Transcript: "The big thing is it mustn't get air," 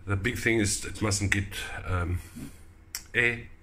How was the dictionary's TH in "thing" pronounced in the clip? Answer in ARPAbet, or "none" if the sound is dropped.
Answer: TH